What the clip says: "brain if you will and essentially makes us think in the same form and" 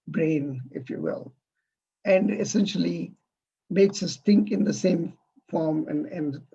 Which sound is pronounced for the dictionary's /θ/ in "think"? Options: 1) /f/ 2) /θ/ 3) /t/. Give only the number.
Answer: 3